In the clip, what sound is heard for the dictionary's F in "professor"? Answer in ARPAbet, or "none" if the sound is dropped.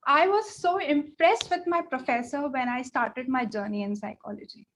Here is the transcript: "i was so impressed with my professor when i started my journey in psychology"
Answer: F